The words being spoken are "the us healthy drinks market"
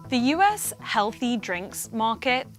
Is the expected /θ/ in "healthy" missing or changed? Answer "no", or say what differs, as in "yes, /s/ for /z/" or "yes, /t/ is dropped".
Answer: no